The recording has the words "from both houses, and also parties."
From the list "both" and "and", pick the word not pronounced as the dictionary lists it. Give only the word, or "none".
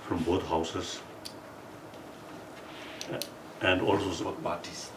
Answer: both